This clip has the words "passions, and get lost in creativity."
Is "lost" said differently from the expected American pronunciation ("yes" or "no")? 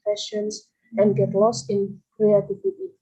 no